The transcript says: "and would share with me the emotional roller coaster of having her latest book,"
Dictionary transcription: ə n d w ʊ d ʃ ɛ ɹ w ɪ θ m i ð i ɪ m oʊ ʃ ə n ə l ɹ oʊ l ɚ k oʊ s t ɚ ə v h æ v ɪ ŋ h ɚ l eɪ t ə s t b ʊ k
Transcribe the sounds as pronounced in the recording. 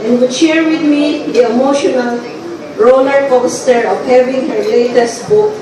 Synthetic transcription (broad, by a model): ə n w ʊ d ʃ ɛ ɹ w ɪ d m i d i ɪ m oʊ ʃ ə n ə l ɹ oʊ l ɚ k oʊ s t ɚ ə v h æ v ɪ ŋ h ɚ l eɪ t ə s t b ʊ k